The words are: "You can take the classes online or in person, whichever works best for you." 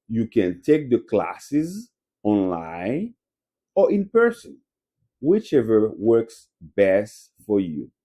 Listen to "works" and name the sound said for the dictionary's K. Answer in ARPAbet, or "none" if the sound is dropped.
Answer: K